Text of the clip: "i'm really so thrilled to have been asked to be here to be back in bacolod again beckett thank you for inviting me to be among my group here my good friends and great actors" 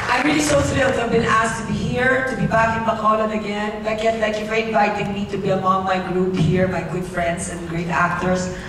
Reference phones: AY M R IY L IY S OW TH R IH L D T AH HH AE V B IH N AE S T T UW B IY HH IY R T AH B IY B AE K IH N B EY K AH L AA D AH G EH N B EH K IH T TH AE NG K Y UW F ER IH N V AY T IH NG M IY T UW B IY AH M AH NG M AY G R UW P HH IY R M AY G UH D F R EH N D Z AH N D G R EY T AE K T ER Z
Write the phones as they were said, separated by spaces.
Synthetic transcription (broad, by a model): AY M R IY L IY S OW S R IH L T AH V B IH N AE S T T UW B IY HH IY R T AH B IY B AE K IH N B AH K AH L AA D AH G EH N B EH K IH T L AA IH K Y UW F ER IH N V AY T IH NG M IY T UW B IY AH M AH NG M AY G R UW P HH IY R M AY G UH D F R EH N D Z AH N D G R EY T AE K T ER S